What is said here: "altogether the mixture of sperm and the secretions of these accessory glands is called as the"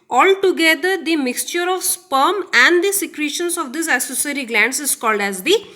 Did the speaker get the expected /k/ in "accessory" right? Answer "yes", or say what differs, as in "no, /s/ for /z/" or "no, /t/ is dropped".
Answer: no, /k/ is dropped